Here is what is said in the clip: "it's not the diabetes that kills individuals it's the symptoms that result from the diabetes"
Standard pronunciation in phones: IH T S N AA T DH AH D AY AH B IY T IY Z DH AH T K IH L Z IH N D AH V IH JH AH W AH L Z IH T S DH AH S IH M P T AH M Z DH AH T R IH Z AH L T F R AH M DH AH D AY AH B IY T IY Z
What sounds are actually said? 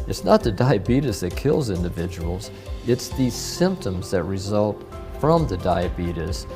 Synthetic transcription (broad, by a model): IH T S N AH T DH AH D AY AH B IY T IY S DH AH T K IH L Z IH N D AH V IH JH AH W L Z IH T S DH AH S IH M P T AH M Z DH AH T R IH Z AH L T F R AH M DH AH D AY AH B IY T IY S